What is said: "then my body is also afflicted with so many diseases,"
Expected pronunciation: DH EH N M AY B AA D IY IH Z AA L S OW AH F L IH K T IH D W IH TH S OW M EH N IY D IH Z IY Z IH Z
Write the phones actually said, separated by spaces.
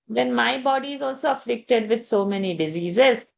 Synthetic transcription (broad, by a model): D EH N M AY B AA D IY IH Z AA L S OW AH F L IH K T IH D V IH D S OW M EH N IY D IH Z IY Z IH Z